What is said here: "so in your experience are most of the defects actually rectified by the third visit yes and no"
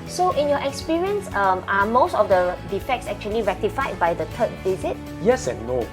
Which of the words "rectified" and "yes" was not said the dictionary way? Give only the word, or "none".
none